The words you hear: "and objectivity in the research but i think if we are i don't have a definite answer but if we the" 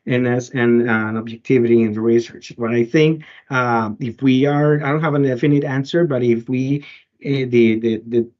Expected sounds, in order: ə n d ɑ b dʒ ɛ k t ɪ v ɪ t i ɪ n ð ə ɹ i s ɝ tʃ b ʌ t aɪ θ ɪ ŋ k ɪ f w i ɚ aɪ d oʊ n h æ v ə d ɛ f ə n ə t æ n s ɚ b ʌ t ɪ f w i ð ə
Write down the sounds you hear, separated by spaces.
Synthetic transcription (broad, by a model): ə n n ɑ b dʒ ɛ k t ɪ v ɪ t i ɪ n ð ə ɹ i s ɝ tʃ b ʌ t aɪ θ ɪ ŋ k ɪ f w i ɚ aɪ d oʊ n h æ v ə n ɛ f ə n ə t æ n s ɚ b ʌ t ɪ f w i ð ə